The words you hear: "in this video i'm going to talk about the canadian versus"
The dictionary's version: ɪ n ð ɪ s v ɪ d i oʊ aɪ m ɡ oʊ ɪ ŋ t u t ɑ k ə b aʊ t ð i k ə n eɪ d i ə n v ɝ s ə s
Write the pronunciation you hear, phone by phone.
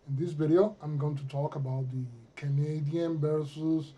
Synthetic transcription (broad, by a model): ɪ n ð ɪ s b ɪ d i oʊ aɪ m ɡ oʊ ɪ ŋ t u t ɑ k ə b aʊ t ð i k ə n eɪ d i ə n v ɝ s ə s